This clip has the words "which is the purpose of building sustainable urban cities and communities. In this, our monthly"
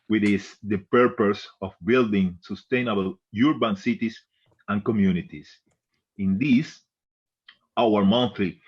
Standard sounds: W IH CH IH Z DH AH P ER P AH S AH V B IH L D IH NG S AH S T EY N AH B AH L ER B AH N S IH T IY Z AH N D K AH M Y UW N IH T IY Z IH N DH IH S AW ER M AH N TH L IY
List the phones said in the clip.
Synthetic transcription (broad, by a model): W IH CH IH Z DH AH P ER P AH S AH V B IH L D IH NG S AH S T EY N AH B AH L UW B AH N S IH T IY S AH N K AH M Y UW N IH T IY S IH N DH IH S AW ER M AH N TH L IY